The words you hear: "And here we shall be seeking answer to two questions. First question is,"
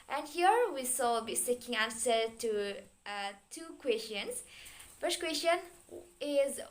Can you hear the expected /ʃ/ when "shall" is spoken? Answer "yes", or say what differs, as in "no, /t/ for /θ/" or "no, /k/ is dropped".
no, /s/ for /ʃ/